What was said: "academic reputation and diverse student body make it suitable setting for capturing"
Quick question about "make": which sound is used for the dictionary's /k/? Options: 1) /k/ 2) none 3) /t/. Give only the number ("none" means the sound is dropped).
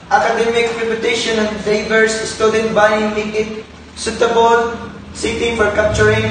2